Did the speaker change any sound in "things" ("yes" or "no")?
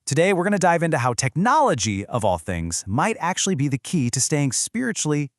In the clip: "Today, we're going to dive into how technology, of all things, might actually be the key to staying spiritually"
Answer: no